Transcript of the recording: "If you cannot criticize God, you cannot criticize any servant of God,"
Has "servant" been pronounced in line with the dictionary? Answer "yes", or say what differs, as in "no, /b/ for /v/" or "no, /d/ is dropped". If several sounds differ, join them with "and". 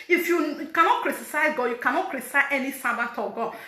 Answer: no, /n/ is dropped